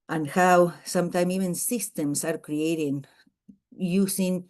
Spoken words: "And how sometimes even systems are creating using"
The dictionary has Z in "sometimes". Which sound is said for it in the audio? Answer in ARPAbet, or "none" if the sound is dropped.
none